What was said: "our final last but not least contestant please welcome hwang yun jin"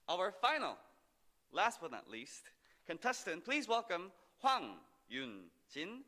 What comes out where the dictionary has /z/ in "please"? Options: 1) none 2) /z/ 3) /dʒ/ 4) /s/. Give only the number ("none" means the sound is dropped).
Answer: 2